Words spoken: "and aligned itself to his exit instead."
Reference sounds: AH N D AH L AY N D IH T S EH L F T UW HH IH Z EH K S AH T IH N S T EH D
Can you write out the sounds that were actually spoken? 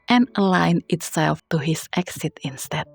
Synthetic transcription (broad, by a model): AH N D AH L AY N IH T S EH L F T UW HH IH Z EH K S AH T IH N S T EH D